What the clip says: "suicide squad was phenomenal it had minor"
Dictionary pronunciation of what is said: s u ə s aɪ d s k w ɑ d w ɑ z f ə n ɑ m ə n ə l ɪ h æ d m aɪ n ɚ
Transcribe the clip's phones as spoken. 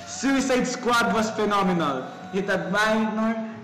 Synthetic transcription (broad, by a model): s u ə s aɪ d s k w ɑ d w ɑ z f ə n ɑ m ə n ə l ɪ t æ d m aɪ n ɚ